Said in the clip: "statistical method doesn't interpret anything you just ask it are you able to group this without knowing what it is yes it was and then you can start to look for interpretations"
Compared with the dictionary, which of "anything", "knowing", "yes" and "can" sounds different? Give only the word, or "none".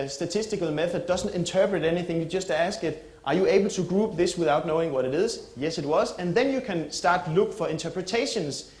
none